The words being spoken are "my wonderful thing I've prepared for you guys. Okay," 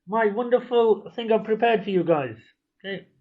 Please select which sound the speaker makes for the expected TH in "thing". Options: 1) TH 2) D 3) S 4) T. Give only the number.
1